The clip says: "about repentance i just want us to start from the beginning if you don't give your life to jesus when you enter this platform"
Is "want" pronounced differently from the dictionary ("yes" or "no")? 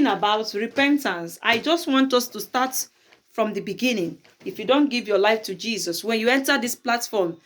no